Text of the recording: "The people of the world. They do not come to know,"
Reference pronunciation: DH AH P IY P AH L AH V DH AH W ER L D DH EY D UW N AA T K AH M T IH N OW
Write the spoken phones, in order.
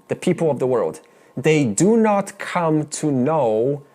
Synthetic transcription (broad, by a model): DH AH P IY P L AH V DH AH W ER L D DH EY D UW N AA T K AH M T IH N OW